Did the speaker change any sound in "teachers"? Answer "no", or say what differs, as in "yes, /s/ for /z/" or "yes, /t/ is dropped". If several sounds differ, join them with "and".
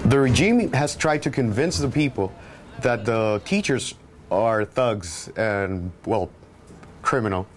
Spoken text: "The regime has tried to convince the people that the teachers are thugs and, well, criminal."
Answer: no